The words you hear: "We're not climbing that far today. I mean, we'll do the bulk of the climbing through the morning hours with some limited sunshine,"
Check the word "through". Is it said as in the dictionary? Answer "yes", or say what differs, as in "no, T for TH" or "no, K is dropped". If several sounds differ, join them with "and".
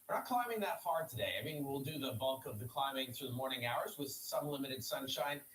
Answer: yes